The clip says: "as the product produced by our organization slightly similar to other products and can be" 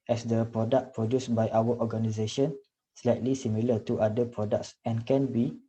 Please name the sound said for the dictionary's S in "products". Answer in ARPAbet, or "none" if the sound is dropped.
S